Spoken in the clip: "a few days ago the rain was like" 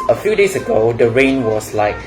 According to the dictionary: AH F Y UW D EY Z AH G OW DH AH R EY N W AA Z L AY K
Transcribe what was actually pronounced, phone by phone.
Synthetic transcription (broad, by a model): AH F Y UW D EY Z AH G OW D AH R EY N W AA S L AY K